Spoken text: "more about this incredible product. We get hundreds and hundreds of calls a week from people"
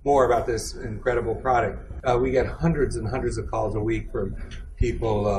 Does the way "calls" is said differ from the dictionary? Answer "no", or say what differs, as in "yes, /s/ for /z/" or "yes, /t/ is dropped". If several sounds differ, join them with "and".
no